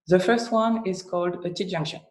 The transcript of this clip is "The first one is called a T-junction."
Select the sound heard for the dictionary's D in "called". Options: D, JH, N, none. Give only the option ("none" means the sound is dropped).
D